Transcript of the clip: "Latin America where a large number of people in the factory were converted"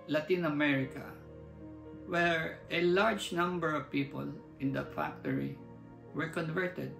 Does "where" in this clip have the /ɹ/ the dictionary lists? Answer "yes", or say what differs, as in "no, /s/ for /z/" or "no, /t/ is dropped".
yes